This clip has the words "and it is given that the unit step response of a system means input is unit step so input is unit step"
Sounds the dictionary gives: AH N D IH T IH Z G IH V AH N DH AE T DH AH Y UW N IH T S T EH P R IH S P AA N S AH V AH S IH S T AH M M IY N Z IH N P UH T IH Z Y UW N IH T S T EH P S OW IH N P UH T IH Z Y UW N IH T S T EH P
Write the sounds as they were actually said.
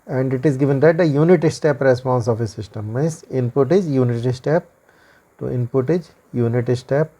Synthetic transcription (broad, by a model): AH N D IH T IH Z G IH V AH N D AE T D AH Y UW N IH T S T EH P R IH S P AA N S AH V AH S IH S T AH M M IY Z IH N P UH T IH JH Y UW N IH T S T EH P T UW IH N P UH T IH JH Y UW N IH T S T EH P